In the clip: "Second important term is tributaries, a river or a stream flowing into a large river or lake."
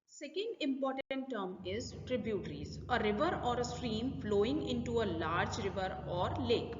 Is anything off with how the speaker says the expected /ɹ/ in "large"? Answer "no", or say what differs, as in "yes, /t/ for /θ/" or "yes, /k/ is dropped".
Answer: no